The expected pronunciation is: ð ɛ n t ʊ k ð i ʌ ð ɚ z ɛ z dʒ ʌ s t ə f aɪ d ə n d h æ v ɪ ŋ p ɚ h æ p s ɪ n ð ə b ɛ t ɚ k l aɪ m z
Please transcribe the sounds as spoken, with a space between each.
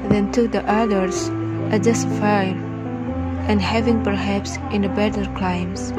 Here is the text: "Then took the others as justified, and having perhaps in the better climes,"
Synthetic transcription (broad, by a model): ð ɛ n t ʊ k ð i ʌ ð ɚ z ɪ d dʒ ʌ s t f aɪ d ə n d h æ v ɪ ŋ p ɚ h æ p s ɪ n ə b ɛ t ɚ k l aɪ m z